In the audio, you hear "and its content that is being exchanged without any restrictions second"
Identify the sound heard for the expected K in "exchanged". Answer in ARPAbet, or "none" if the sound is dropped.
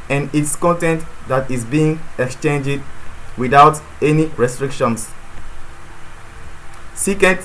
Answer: K